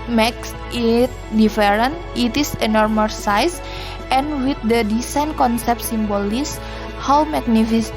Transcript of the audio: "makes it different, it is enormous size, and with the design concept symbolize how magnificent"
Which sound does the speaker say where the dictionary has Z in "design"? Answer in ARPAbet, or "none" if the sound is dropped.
S